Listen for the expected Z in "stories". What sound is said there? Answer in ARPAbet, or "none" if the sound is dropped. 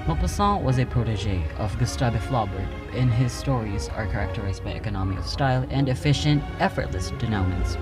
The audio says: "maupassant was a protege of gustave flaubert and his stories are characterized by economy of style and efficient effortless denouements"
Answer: Z